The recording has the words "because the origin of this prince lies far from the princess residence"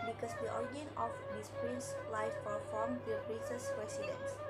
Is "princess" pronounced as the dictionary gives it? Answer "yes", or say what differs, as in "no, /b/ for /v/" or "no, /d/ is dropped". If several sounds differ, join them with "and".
no, /n/ is dropped